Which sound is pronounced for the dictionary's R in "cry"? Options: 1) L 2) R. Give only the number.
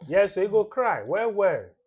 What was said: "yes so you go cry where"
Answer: 2